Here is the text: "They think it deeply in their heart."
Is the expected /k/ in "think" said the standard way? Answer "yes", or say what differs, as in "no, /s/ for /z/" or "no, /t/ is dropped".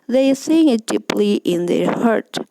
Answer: no, /k/ is dropped